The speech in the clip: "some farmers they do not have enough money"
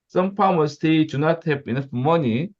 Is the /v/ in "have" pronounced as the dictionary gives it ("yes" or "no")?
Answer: no